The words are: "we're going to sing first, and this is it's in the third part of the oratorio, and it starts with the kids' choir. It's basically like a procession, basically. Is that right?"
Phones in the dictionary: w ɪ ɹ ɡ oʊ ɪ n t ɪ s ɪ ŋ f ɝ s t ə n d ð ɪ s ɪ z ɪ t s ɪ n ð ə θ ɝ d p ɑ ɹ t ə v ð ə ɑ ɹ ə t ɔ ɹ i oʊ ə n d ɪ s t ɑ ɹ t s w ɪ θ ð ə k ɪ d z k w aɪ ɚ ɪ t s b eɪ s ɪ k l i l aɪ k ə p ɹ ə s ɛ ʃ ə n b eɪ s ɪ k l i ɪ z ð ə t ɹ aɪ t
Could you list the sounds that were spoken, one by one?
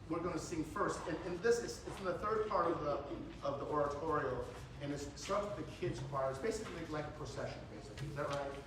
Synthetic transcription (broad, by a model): w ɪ ɹ ɡ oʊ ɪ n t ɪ s ɪ ŋ f ɝ s t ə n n ð ɪ s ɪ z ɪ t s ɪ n ð ə θ ɝ d p ɑ ɹ t ə v ð ə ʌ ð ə t ɔ ɹ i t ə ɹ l ɪ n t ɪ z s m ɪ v ð ə k ɪ d z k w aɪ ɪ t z b eɪ s ɪ k l i l aɪ k ə p ɹ ə s ɛ ʃ ə n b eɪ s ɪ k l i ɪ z ð ə t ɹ aɪ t